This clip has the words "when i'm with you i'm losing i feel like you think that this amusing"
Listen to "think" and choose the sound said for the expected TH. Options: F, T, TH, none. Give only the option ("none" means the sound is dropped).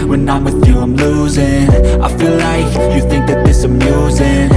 TH